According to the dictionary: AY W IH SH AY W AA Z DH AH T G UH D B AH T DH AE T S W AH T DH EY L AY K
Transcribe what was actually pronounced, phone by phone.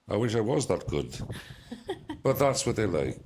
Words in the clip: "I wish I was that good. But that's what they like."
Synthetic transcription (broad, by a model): AY W IH SH AY W AA Z DH AH T G UH D B AH T DH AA T S W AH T DH EY L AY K